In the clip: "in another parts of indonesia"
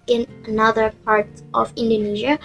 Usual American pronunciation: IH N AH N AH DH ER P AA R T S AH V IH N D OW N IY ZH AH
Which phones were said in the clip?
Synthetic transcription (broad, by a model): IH N AH N AH DH ER P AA R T AH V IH N D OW N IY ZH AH